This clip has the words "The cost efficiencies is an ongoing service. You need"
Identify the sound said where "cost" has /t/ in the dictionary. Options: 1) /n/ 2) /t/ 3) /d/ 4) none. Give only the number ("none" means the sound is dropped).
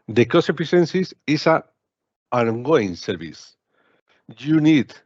4